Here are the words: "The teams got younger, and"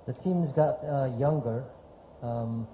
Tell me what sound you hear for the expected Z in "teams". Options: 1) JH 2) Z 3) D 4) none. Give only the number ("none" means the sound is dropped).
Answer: 2